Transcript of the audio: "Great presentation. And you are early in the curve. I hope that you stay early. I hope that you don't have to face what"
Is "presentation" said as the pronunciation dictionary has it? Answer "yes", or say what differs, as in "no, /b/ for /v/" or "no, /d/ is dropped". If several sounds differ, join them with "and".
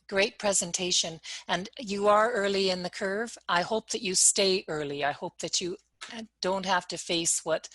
yes